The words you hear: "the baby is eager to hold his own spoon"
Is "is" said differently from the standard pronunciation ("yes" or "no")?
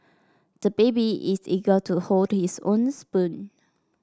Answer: yes